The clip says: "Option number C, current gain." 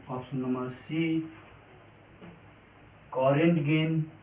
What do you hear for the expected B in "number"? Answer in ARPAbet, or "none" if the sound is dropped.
none